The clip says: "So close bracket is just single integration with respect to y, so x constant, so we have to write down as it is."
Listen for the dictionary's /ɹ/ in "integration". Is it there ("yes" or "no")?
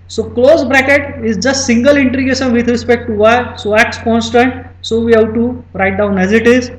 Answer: no